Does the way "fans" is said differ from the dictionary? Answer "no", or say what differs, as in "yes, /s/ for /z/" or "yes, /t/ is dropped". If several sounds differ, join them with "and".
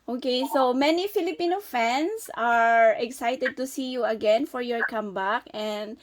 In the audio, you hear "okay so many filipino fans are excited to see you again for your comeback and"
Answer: yes, /s/ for /z/